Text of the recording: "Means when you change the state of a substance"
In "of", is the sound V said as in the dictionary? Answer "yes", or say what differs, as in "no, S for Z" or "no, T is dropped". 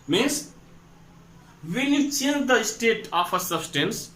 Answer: no, P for V